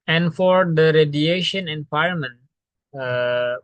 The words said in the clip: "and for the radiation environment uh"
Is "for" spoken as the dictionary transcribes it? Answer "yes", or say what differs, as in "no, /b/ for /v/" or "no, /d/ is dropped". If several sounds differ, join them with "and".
yes